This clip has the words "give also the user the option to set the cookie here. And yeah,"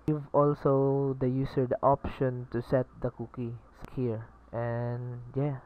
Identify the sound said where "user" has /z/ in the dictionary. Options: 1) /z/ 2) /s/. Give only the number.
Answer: 2